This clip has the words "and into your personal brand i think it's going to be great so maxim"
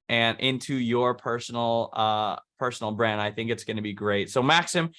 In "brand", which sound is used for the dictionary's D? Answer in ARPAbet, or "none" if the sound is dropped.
D